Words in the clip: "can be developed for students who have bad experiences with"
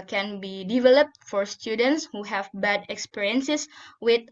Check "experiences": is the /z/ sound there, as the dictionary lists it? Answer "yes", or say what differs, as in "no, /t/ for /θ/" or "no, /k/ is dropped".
no, /s/ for /z/